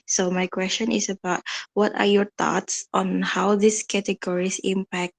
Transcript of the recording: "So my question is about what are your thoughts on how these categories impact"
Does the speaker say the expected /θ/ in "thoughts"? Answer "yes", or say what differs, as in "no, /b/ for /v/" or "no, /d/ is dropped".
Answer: no, /t/ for /θ/